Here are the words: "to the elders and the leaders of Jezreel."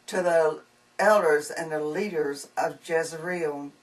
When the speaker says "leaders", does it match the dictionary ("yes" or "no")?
yes